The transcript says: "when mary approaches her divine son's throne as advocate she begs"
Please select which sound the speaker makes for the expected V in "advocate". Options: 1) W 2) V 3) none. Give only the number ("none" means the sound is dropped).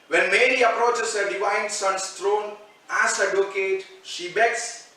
3